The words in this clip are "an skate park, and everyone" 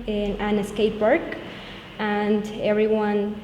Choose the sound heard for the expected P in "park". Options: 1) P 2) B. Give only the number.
2